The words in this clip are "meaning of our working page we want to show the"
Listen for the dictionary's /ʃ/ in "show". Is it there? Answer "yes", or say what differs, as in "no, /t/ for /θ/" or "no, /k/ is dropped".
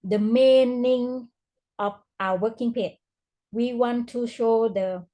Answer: yes